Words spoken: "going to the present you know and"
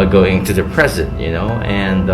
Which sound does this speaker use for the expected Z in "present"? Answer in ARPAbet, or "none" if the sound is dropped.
Z